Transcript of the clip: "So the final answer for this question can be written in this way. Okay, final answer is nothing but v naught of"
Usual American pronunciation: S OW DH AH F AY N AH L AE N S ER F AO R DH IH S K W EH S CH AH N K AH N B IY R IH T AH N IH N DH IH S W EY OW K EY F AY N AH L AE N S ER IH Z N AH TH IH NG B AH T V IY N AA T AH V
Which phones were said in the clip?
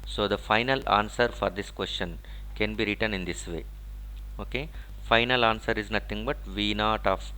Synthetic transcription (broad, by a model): S OW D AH F AY N AH L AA N S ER F AO R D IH S K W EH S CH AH N K AH N B IY R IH T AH N IH N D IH S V EY OW K EY F AY N AH L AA N S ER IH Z N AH T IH NG B AH T V IY N AA T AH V